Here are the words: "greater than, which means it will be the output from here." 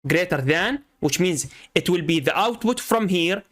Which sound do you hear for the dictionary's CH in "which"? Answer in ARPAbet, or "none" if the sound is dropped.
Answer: CH